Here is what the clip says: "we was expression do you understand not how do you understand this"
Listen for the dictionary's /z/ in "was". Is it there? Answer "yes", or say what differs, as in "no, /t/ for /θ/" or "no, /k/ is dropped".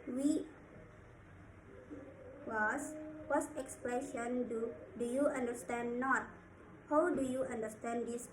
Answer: no, /s/ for /z/